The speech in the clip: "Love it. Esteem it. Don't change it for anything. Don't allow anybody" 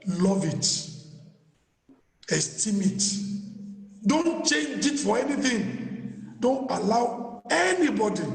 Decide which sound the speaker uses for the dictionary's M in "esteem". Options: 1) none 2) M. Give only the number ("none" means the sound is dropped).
2